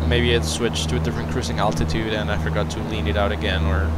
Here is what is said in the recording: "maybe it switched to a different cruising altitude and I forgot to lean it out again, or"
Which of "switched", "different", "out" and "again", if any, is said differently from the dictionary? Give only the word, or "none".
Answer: different